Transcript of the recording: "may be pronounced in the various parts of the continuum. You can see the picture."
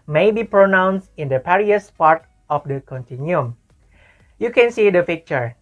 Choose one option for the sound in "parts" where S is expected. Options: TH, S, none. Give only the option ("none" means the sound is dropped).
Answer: none